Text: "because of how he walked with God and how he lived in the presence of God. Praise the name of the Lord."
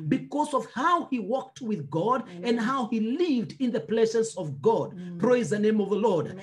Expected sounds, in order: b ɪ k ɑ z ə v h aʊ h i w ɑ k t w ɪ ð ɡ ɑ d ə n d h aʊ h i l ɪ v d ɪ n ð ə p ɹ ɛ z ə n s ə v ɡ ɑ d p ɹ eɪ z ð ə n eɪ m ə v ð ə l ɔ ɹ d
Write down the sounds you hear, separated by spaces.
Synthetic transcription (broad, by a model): b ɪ k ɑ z ə v h aʊ h i w ɑ k t w ɪ ð ɡ ɑ d ə n d h aʊ h i l ɪ v d ɪ n ð ə p l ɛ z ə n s ə v ɡ ɑ d p ɹ eɪ z ð ə n eɪ m ə v ð ə l ɔ ɹ d